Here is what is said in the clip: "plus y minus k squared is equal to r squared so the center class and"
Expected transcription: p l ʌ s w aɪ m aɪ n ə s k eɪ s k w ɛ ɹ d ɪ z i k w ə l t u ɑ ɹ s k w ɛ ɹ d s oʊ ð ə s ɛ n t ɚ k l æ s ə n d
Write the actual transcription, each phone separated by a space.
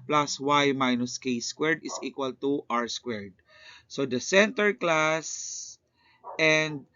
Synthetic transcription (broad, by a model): p l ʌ s w aɪ m aɪ n ə s k eɪ s k w ɛ ɹ d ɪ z i k w ə l t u ɑ ɹ s k w ɛ ɹ d s oʊ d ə s ɛ n t ɚ k l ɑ s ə n d